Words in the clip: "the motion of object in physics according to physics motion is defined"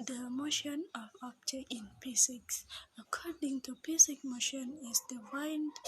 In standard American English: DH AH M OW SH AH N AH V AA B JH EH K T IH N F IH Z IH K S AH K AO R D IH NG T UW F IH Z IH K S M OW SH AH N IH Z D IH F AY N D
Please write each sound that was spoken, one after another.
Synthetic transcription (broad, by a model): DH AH M OW SH AH N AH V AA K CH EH T IH N P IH S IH K S AH K AO R D IH NG T UW P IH S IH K M OW SH AH N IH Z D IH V AY N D